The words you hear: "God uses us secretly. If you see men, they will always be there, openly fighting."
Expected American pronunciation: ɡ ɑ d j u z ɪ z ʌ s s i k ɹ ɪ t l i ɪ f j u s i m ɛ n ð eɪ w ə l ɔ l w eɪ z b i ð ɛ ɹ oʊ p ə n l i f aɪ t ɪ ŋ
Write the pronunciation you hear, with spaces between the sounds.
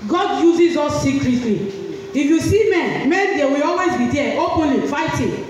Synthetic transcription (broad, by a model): ɡ ɑ d j u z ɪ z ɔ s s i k l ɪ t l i ɪ f j u s i m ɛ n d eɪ w ə l ɔ l w eɪ z b i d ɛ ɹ oʊ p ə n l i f aɪ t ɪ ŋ